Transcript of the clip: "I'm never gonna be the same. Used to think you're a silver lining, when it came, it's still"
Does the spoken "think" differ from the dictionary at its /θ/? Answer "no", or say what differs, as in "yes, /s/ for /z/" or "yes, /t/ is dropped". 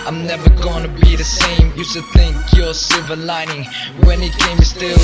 no